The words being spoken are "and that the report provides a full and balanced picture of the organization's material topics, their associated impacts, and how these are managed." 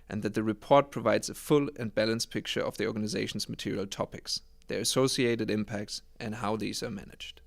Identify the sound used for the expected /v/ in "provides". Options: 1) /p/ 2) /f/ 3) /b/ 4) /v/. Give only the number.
4